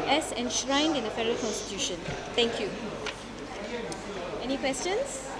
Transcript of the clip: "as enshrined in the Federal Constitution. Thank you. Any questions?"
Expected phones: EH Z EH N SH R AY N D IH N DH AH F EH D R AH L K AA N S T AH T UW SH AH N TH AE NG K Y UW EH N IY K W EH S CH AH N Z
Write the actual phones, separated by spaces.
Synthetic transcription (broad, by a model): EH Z EH N SH R AY N D IH N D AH F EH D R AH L K AA N S T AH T UW SH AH N T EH NG K Y UW EH N IY K W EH S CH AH N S